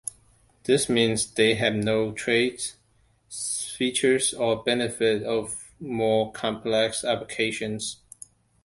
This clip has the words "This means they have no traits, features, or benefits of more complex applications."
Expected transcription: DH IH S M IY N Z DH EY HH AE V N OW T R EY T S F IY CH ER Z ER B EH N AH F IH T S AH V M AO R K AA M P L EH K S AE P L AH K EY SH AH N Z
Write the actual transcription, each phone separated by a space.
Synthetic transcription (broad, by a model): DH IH S M IY N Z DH EY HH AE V N OW T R EY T F IY CH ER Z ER B EH N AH F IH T AH V M AO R K AA M P L EH K S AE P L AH K EY SH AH N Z